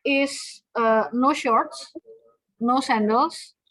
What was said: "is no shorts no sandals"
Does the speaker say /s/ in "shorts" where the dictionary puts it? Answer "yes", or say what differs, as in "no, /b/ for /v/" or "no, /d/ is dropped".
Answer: yes